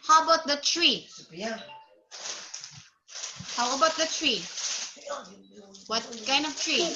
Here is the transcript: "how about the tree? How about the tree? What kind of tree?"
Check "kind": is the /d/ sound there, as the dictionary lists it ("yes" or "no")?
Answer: no